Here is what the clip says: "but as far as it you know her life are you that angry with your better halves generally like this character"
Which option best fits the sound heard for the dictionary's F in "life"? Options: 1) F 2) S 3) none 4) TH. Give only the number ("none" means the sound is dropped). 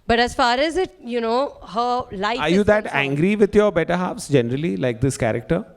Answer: 3